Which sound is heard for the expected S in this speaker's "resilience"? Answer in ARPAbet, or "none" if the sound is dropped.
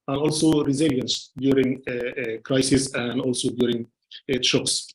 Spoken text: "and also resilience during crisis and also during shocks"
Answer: S